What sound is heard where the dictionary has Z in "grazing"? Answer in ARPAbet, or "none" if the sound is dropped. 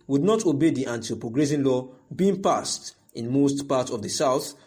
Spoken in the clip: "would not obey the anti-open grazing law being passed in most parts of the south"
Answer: S